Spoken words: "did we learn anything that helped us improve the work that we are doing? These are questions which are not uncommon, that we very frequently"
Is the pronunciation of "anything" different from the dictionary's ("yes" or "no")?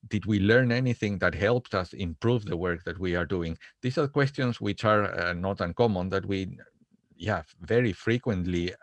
no